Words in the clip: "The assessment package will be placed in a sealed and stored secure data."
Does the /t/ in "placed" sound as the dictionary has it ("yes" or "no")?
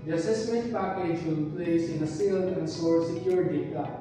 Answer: no